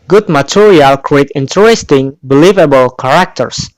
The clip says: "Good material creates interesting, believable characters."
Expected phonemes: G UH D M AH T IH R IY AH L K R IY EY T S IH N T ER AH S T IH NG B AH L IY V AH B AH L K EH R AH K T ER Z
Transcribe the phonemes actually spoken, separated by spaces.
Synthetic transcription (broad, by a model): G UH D M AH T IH R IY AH L K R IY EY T IH N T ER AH S T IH NG B AH L IY V AH B AH L K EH R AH K T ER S